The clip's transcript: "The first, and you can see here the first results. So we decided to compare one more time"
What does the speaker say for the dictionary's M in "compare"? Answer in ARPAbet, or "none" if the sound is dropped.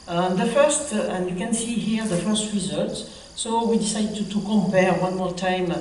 M